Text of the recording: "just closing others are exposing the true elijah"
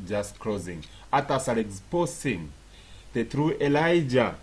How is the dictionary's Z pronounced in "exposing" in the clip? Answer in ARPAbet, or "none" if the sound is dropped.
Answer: S